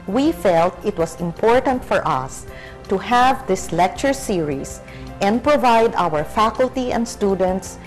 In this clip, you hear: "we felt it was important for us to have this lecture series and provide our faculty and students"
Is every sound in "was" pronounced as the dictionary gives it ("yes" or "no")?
no